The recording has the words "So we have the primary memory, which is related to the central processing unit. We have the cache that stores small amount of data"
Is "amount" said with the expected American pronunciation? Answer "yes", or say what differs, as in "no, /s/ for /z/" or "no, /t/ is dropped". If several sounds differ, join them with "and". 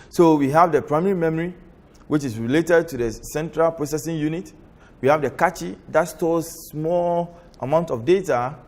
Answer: yes